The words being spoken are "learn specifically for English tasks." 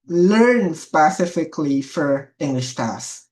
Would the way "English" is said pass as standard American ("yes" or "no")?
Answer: yes